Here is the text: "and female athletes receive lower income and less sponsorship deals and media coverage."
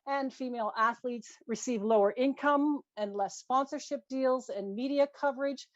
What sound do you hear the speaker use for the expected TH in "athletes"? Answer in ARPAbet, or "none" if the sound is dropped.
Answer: TH